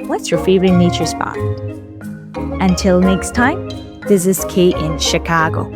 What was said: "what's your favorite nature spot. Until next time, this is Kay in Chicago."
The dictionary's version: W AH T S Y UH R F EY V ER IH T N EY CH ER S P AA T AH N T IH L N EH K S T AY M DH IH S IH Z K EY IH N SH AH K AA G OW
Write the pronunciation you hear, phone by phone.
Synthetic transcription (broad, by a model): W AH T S Y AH R F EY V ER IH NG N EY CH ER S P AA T AH N T IH L N EH K S T AY M DH IH S IH Z K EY IH N SH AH K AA G OW